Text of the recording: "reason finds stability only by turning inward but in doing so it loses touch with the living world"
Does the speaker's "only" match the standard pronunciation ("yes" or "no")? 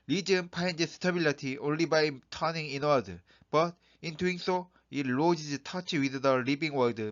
yes